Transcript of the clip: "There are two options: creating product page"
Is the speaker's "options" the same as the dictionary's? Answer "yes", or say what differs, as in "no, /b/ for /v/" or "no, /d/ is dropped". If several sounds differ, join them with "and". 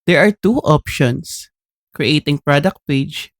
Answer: no, /s/ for /z/